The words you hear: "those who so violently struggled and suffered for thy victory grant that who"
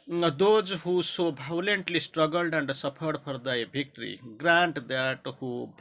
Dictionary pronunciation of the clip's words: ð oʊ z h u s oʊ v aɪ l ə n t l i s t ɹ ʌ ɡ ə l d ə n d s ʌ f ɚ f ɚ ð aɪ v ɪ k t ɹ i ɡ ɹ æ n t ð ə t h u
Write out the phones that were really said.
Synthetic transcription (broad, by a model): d oʊ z h u s oʊ b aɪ l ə n t l i s t ɹ ʌ ɡ ə l d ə n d s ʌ p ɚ p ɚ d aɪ b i k t ɹ i ɡ ɹ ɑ n t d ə t h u